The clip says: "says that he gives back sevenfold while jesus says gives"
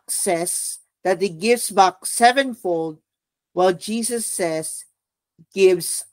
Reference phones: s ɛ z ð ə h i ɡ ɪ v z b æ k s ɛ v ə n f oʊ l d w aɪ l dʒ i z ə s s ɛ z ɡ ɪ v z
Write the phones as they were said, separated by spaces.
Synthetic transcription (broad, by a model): s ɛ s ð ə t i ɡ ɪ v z b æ k s ɛ v ə n f oʊ l d w aɪ l dʒ i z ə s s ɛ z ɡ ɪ v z